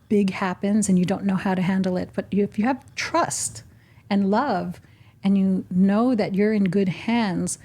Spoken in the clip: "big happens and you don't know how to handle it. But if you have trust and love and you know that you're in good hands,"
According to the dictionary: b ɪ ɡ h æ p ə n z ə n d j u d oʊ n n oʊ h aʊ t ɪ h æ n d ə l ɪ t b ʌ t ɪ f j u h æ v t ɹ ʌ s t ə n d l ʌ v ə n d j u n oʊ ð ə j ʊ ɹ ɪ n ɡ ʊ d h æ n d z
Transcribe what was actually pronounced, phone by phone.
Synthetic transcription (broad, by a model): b ɪ ɡ h æ p ə n z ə n j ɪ d oʊ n n oʊ h aʊ t ɪ h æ n d l ɪ t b ʌ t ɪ f j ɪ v t ɹ ʌ s t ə n l ʌ v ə n j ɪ n oʊ ð ə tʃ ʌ ɹ ɪ n ɡ ʊ d h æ n d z